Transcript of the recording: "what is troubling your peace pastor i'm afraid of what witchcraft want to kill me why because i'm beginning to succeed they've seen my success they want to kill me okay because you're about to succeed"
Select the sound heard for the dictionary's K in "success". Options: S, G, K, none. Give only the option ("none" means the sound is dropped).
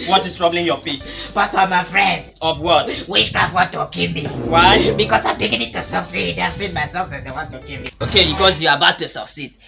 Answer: none